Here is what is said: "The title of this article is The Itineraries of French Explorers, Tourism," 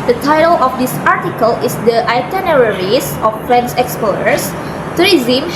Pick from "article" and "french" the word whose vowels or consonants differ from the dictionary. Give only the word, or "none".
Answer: french